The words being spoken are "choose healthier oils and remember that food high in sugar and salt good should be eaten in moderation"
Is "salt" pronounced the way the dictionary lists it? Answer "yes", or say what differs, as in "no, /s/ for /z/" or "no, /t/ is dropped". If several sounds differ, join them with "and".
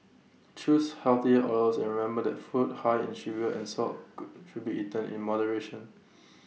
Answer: no, /l/ is dropped